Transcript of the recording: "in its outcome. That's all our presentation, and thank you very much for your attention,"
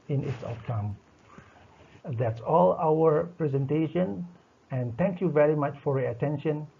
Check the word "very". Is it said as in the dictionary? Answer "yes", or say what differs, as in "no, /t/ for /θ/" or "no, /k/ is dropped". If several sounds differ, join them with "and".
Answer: yes